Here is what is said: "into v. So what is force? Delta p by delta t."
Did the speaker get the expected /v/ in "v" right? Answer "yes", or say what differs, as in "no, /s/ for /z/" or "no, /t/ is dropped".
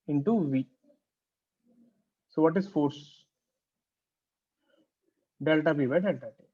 yes